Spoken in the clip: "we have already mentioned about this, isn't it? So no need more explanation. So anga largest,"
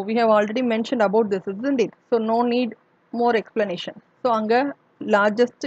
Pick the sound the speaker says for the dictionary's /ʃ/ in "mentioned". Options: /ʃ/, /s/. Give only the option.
/ʃ/